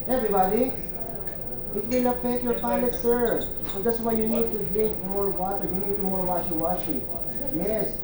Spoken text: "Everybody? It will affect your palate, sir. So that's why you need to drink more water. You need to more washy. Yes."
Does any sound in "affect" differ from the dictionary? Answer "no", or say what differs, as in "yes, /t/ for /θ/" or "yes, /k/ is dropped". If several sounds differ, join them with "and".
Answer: yes, /p/ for /f/